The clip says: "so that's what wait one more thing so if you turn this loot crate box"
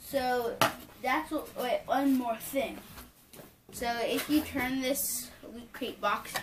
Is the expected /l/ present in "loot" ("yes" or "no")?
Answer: no